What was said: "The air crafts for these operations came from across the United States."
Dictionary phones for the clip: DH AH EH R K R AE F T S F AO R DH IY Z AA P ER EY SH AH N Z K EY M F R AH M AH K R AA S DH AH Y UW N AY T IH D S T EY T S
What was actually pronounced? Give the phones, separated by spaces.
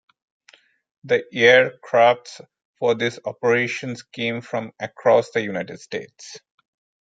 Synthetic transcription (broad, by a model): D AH EH R K R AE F T S F AO R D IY S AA P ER EY SH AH N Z K EY M F R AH M AH K R AA S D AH Y UW N AY T IH D S T EY T S